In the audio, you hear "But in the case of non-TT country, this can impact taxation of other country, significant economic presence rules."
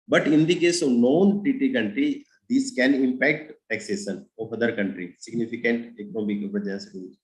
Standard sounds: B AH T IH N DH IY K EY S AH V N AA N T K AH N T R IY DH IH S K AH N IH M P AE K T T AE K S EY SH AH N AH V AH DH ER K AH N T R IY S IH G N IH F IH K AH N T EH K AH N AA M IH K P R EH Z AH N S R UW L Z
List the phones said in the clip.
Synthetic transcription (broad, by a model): B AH T IH N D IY K EY S AH V N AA N T K AH N T R IY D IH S K AH N IH M P AE K T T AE K S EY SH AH N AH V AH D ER K AH N T R IY S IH G N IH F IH K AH N T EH K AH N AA M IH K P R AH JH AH S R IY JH